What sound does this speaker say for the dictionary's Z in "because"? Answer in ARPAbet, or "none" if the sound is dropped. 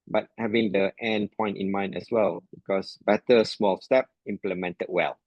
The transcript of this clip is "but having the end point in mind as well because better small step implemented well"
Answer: S